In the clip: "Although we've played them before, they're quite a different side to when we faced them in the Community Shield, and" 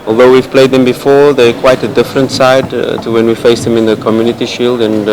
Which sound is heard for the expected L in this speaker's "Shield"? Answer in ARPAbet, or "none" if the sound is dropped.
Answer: L